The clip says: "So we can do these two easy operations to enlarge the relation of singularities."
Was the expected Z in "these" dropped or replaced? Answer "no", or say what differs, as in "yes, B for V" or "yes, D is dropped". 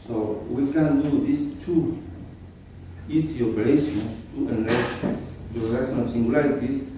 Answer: yes, S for Z